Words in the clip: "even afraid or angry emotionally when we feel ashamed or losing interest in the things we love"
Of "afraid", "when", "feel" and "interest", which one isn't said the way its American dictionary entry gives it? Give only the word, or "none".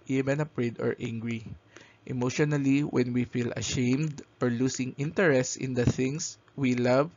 afraid